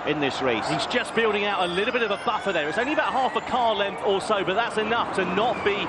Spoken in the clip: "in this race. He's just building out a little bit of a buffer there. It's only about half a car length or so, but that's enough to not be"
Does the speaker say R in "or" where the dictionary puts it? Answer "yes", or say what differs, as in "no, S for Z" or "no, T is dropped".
no, L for R